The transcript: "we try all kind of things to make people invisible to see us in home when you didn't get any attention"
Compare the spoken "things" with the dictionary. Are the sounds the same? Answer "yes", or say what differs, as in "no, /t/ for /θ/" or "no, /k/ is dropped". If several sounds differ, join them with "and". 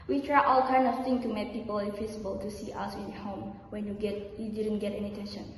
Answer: no, /z/ is dropped